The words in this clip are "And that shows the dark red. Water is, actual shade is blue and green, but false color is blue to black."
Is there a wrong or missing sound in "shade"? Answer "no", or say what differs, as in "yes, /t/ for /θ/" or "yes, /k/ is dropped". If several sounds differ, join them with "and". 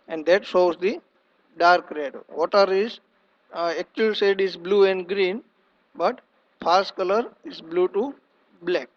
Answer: yes, /s/ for /ʃ/